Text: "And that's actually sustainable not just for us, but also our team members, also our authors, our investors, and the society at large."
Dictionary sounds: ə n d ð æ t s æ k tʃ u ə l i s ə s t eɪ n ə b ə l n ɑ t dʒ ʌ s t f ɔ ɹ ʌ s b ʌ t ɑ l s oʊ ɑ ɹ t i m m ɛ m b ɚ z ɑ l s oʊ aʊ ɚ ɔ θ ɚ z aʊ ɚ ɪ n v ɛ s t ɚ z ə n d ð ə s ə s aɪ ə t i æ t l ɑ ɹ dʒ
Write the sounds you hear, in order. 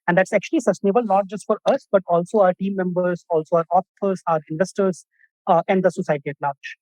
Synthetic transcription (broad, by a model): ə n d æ t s æ k tʃ u ə l i s ə s t eɪ n ə b ə l n ɑ t dʒ ʌ s t f ɔ ɹ ʌ s b ʌ t ɑ l s oʊ ɑ ɹ t i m m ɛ m b ɚ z ɑ l s oʊ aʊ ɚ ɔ s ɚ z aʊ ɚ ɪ n v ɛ s t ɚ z ə n d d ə s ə s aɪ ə t i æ t l ɑ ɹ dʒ